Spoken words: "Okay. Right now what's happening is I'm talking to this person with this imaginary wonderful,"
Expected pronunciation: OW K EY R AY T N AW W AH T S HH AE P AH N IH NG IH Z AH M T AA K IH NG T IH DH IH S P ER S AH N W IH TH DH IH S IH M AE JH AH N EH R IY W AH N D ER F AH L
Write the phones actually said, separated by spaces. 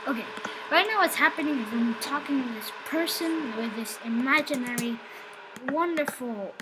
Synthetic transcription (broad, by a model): OW K EY R AY T N AW W AH T S HH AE P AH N IH NG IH Z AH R T AA K IH NG T IH DH IH S P ER S AH N W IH DH IH S IH M AE JH AH N EH R IY W AH N D ER F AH L